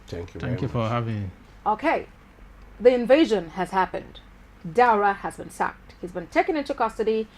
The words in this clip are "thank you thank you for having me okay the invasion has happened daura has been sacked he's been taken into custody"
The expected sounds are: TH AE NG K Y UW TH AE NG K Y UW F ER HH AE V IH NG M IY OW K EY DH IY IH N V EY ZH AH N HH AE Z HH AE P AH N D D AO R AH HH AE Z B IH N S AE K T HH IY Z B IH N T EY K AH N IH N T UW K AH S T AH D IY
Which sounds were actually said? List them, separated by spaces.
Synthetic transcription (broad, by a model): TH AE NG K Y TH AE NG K Y UW F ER HH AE V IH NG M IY OW K EY DH IY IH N V EY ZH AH N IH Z HH AE P AH N D D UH R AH HH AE Z B IH N S AE K T HH IY Z B IH N T EY K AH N IH N T UW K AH S T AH D IY